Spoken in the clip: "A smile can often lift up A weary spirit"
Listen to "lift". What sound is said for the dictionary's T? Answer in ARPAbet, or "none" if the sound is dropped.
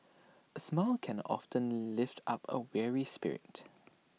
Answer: T